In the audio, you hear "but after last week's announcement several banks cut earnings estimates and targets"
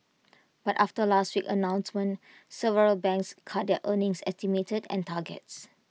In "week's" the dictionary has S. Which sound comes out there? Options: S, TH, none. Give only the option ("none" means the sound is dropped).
none